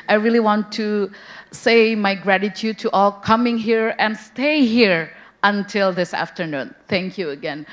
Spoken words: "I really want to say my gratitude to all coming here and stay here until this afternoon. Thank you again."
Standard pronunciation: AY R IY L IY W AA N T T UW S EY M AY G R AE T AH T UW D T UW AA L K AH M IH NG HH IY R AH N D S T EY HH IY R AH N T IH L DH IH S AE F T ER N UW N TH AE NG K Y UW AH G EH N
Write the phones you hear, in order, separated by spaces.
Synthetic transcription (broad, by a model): AY R IY L IY W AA N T T UW S EY M AY G R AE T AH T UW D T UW AA L K AH M IH NG HH IY R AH N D S T EY HH IY R AH N T IH L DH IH S AE F T ER N UW N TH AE NG K Y UW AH G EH N